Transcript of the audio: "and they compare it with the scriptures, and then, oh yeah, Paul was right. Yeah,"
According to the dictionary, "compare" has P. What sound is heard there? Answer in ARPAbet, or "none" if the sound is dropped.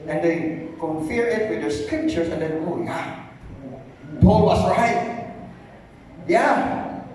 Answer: F